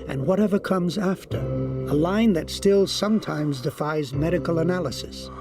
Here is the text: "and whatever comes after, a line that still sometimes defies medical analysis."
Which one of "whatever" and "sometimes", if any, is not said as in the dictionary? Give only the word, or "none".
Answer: none